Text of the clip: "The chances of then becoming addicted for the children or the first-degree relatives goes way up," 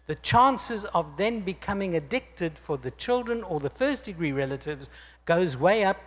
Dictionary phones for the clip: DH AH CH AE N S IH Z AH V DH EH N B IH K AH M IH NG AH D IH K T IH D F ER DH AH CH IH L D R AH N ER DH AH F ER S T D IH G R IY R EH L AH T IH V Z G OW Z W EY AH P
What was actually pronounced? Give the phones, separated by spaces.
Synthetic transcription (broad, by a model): DH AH CH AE N S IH Z AH V DH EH N B IH K AH M IH NG AH D IH K T IH D F ER DH AH CH IH L D R AH N ER DH AH F ER S D IH G R IY R EH L AH T IH V Z G OW Z W EY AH P